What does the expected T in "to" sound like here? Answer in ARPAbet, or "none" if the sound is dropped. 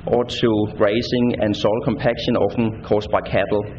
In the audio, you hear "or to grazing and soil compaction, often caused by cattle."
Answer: S